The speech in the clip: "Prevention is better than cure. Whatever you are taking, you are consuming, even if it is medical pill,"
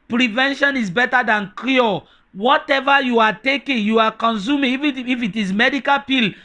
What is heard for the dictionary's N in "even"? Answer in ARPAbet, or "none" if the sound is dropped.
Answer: none